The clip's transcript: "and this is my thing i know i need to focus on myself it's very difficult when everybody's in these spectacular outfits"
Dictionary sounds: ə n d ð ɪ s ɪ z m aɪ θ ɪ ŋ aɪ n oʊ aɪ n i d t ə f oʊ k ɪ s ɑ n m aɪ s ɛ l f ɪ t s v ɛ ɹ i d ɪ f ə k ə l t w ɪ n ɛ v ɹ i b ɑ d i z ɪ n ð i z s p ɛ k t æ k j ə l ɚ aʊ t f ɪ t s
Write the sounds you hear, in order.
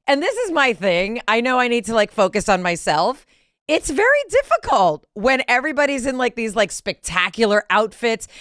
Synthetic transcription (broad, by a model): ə n ð ɪ s ɪ z m aɪ θ ɪ ŋ aɪ n oʊ aɪ n i d t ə f oʊ k ɪ s n m aɪ s ɛ l f ɪ t s v ɛ ɹ i d ɪ f ə k ə l t w ɪ n ɛ v ɹ i b ɑ d i z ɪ n ð i z s p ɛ k t æ k j l ɚ aʊ t f ɪ t s